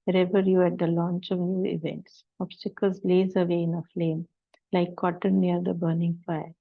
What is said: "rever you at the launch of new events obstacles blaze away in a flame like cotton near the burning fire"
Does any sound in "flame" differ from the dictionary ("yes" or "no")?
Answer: no